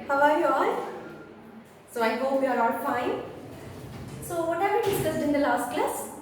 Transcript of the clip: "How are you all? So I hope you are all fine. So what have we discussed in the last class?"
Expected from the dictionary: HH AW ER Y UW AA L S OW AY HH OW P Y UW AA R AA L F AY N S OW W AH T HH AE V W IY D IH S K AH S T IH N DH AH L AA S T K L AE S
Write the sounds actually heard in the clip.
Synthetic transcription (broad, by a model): HH AW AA Y UW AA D S OW AY HH OW P Y UW AA R AA L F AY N S OW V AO T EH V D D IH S AH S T IH N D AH L AA S T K L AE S